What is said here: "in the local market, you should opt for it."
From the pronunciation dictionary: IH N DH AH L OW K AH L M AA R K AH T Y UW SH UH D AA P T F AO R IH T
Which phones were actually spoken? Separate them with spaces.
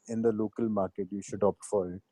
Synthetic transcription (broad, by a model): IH N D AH L OW K AH L M AA R K AH T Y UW SH UH D AA P T F AO R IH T